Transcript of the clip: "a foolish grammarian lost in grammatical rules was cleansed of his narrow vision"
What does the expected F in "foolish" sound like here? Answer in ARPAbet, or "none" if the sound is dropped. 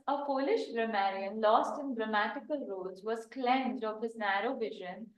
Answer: P